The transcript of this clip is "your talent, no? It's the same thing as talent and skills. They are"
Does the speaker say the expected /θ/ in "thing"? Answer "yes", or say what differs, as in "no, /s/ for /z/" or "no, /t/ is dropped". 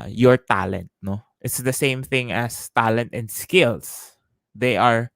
yes